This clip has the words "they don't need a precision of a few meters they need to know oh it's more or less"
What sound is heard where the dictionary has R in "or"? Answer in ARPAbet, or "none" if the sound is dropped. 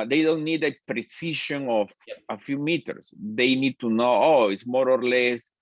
R